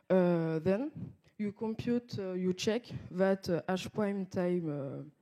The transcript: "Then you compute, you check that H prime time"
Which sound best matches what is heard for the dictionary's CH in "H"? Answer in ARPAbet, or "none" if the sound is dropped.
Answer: SH